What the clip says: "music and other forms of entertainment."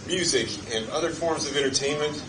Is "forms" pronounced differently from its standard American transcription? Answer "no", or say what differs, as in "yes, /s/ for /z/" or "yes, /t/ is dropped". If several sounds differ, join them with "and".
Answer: no